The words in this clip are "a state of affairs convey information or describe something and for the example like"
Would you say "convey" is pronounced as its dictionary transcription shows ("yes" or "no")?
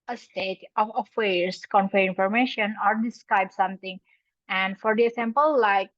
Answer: no